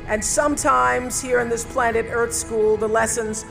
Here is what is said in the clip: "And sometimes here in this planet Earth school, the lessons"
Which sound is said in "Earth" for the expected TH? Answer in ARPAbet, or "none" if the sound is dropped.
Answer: TH